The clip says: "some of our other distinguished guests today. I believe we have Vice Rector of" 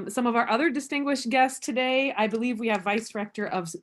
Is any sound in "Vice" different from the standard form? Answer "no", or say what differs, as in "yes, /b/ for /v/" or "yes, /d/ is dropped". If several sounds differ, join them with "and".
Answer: no